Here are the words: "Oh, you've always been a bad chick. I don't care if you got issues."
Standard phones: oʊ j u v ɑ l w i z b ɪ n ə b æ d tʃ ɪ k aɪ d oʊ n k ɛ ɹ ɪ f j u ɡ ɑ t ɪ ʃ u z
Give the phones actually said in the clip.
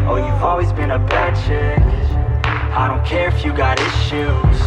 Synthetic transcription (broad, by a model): oʊ j u v ɑ l w i z b ɪ n ə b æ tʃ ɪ aɪ d oʊ n k ɛ ɹ ɪ f j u ɡ ɑ t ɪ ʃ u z